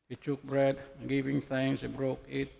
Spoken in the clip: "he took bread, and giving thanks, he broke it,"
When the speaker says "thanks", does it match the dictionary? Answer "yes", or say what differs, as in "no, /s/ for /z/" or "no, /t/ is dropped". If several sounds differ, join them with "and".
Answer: no, /k/ is dropped